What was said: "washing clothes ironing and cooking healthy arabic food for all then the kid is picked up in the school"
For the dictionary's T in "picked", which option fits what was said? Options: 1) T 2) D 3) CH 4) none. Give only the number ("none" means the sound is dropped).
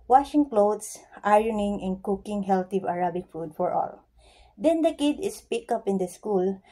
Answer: 4